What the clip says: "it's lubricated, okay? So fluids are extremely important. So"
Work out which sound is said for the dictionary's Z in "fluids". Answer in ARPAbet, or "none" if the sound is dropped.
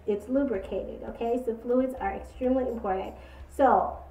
Z